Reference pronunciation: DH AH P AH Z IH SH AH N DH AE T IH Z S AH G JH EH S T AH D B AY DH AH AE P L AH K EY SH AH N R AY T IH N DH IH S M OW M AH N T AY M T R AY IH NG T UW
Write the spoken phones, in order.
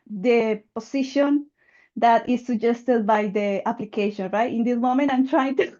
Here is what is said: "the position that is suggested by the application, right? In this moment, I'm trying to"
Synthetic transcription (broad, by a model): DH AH P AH S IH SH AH N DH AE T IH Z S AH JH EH S T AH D B AY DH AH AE P L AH K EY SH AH N R AY T IH N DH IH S M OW M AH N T AY M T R AY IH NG T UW